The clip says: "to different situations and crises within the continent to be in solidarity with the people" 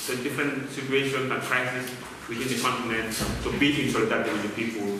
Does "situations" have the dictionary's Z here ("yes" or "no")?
no